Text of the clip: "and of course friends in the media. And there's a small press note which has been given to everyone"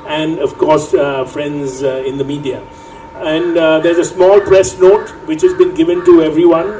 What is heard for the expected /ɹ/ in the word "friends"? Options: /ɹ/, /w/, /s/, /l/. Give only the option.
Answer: /ɹ/